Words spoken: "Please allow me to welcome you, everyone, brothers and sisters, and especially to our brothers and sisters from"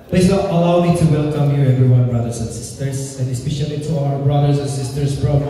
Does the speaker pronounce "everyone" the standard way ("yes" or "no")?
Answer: yes